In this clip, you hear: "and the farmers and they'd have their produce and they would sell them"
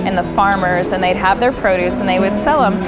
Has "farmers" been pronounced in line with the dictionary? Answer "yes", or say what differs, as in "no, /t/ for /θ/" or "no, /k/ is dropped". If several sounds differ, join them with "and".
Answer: yes